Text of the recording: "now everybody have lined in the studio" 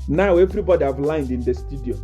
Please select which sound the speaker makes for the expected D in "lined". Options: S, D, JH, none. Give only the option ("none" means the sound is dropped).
D